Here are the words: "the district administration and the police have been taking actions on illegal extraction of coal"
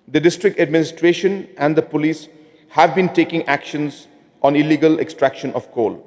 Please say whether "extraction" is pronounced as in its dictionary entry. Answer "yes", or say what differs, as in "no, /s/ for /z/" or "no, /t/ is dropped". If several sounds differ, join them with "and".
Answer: yes